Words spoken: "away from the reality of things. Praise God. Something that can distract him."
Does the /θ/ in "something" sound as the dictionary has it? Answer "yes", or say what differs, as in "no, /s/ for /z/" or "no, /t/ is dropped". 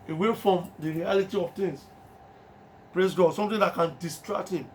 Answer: no, /t/ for /θ/